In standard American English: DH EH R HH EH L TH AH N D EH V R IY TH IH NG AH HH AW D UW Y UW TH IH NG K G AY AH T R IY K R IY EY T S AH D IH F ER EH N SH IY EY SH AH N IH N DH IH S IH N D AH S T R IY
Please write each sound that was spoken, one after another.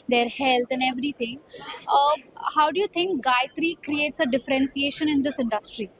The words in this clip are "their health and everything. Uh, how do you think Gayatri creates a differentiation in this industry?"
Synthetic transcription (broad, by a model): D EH R HH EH L T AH N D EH V R IY T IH NG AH HH AW D UW Y UW T IH NG K G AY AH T R IY K R IY EY T S AH D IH F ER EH N S IY EY SH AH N IH N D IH S IH N D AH S T R IY